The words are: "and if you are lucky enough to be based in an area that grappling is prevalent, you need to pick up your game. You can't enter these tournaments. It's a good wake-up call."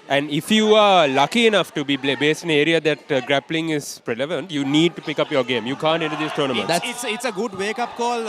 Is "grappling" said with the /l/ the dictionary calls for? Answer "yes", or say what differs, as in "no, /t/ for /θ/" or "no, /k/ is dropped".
yes